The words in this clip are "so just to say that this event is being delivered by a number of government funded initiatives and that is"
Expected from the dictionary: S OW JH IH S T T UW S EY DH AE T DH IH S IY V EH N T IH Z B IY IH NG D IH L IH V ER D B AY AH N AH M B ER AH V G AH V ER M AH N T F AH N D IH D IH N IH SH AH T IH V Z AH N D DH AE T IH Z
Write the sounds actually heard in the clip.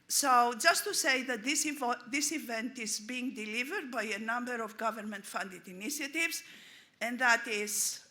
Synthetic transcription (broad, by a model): S OW JH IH S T T UW S EY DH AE T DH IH S IY V EH N T IH Z B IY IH NG D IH L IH V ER D B AY AH N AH M B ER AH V G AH V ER M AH N T F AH N D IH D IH N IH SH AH T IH V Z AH N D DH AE T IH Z